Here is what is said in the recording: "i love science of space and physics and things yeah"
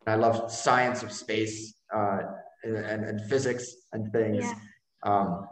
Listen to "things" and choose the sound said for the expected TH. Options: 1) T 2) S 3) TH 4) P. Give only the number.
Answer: 3